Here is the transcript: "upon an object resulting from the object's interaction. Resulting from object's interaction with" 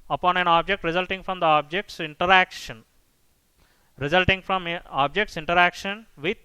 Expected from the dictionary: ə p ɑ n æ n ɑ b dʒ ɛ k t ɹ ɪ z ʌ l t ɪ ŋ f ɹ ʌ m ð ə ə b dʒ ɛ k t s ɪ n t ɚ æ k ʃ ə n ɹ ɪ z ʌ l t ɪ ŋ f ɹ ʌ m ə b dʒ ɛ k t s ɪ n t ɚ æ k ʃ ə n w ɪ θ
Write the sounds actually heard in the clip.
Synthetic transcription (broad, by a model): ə p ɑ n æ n ɑ b dʒ ɛ k t ɹ ɪ z ʌ l t ɪ ŋ f ɹ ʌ m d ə ə b dʒ ɛ k t s ɪ n t ɚ æ k ʃ ə n ɹ ɪ z ʌ l t ɪ ŋ f ɹ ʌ m ə b dʒ ɛ k t s ɪ n t ɚ æ k ʃ ə n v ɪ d